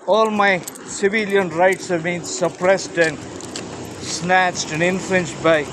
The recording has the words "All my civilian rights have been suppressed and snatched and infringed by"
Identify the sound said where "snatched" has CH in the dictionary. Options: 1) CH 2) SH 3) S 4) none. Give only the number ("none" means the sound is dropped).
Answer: 1